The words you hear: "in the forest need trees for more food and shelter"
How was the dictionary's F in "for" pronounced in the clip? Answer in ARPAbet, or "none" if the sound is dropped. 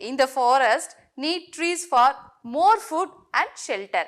F